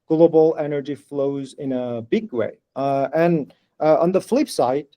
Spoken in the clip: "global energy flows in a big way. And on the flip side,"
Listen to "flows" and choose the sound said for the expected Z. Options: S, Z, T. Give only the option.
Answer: Z